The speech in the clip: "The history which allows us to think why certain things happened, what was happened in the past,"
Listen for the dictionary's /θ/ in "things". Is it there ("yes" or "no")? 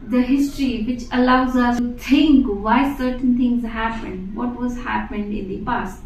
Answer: no